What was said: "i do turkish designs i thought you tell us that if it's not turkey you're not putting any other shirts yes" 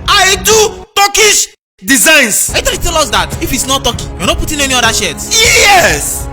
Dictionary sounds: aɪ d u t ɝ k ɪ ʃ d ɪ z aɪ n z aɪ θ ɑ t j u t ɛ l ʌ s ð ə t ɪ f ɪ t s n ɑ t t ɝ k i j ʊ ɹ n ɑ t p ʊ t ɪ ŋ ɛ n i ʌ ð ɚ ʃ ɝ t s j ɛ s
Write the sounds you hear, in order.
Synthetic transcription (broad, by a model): aɪ d u t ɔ k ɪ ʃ d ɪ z aɪ n s aɪ t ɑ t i t ɛ l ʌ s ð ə t ɪ f ɪ t s n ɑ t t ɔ k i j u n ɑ p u t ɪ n ɛ n i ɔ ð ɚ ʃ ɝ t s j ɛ s